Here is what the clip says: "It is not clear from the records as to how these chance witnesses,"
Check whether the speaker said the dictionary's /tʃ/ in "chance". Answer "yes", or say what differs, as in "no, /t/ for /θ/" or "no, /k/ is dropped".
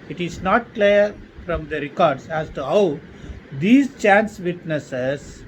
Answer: yes